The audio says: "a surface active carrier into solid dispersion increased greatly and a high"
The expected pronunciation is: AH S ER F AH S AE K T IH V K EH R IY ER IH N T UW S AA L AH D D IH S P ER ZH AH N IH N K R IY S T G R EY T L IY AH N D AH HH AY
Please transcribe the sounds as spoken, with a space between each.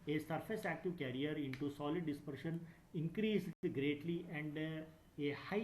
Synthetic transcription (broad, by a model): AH S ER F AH S AE K T IH V K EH R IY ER IH N T UW S AA L AH D D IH S P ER SH AH N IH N K R IY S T G R EY T L IY AH N D AH HH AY